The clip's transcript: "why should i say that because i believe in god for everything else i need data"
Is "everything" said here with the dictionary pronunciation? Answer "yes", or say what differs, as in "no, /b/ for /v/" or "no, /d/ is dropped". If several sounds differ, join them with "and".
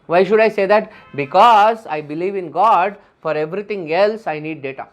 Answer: no, /t/ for /θ/